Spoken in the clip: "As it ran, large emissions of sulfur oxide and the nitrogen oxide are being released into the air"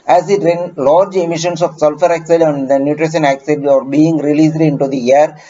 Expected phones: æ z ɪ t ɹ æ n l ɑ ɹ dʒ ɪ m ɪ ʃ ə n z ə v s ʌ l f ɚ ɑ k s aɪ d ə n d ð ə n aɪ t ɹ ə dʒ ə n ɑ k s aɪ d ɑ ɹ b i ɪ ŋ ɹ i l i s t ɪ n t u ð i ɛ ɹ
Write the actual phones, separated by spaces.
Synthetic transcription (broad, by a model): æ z ɪ t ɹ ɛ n l ɑ ɹ dʒ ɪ m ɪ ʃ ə n s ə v s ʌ l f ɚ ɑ k s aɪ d ə n d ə n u t ɹ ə ʃ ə n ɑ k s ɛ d ɑ ɹ b i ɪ ŋ ɹ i l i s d ɪ n t u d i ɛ ɹ